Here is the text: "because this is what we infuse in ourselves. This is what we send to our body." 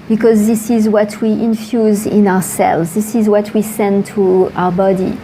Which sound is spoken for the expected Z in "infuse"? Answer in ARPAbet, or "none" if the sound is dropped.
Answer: Z